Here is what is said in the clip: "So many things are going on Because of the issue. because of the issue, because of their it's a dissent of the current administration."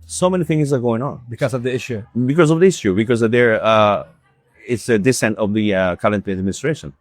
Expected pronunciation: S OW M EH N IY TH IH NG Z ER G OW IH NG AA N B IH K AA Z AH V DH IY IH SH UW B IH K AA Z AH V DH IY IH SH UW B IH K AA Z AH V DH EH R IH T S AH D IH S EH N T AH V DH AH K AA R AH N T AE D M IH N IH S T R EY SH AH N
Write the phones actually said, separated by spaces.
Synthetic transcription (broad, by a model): S OW M EH N IY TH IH NG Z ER G OW IH NG AA N B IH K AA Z AH V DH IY IH SH UW B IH K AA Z AH V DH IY IH SH UW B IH K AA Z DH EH R IH T S AH D IH S EH N T AH V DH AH K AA L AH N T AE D M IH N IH S T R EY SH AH N